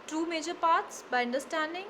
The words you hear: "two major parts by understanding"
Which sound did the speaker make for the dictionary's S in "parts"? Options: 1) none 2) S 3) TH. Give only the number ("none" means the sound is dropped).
2